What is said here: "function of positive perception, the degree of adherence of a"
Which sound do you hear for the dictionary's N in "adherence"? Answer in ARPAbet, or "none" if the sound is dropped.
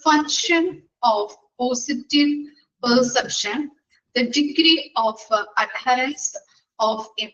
none